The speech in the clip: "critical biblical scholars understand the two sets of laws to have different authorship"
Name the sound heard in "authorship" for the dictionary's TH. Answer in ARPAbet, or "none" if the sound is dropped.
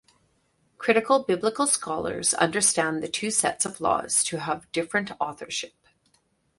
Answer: TH